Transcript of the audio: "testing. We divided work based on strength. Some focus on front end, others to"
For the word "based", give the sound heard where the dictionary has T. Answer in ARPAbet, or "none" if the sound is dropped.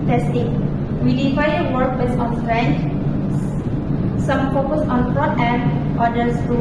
none